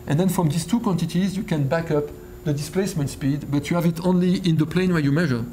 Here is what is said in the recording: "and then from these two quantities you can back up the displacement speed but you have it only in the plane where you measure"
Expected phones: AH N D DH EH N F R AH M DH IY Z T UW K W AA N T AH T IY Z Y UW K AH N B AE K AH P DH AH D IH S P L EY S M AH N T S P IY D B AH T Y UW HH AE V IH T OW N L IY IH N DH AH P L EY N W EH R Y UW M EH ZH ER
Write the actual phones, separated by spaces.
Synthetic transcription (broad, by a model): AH N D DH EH N F R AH M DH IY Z T UW K W AA N T AH T IY Z Y UW K AH N B AE K AH P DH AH D IH S P L EY S M AH N T S P IY D B AH T Y UW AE V IH T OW N L IY IH N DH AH P L EY N W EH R Y UW M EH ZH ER